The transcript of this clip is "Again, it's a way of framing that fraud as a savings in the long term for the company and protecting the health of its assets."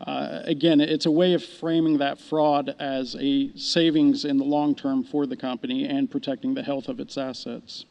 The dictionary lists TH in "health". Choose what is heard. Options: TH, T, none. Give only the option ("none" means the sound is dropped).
TH